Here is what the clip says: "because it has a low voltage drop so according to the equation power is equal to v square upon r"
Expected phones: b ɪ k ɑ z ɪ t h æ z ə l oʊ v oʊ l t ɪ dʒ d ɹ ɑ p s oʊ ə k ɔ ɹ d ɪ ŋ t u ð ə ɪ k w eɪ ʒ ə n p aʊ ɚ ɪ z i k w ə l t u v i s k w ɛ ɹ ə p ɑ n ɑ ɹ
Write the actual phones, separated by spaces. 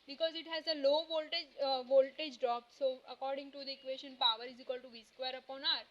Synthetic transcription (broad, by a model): b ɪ k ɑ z ɪ t h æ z ə l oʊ v oʊ l t ɪ dʒ d ɹ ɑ p s oʊ ə k ɔ ɹ d ɪ ŋ t u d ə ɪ k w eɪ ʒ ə n p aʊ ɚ ɪ z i k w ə l t u v i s k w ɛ ɹ ə p ɑ n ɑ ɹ